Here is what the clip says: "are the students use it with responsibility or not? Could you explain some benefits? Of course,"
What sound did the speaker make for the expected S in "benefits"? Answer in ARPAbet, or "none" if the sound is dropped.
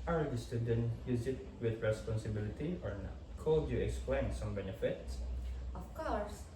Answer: S